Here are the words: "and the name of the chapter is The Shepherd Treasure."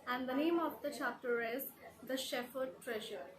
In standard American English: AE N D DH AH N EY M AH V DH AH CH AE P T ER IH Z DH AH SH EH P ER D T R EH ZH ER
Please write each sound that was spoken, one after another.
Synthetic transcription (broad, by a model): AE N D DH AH N EY M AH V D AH CH AE P T ER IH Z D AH SH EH F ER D T R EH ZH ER